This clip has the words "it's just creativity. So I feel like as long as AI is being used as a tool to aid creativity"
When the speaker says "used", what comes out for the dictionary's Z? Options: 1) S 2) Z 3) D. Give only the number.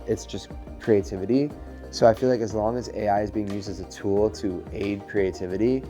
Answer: 2